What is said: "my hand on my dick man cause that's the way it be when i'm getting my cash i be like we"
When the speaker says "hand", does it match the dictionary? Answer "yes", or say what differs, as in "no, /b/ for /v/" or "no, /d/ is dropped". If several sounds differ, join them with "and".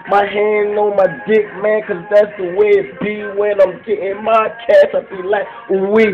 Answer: no, /d/ is dropped